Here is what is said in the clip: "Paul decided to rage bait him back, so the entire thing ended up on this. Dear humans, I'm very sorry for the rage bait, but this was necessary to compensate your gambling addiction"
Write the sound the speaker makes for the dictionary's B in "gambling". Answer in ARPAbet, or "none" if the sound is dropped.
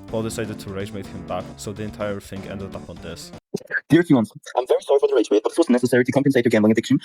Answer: none